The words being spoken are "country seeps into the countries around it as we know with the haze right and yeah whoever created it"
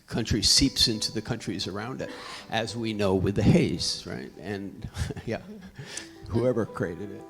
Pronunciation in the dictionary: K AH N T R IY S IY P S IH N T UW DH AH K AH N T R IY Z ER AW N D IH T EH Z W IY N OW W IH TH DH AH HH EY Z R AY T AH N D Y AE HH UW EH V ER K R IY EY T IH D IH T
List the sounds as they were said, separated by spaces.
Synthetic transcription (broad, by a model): K AH N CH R IY S IY P S IH N T UW DH AH K AH N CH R IY Z ER AW N D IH T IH Z W IY N OW W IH DH AH HH EY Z R AY T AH N Y AE HH UW EH V ER K R IY EY T IH D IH T